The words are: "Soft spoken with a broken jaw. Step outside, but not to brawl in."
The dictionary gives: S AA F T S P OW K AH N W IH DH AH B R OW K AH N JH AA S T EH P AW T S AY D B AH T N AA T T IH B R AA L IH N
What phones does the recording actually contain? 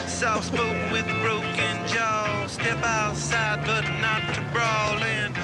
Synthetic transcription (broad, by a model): S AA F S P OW AH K W IH DH R OW K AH N JH AA S T EH P AW T S AY D B AH T N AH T T IH B R AA L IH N